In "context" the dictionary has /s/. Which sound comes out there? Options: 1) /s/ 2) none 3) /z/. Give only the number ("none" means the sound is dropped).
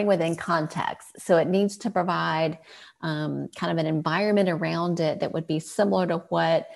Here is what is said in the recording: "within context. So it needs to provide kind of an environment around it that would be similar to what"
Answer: 1